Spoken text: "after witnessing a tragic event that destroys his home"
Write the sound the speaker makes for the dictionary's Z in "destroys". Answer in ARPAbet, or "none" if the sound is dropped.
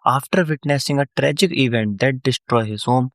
none